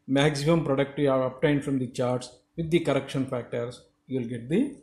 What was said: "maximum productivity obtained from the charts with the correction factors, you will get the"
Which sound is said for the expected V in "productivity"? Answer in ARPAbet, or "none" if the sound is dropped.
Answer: none